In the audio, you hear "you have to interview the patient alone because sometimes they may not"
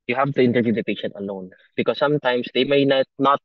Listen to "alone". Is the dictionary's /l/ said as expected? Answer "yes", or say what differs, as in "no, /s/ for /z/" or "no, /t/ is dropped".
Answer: no, /n/ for /l/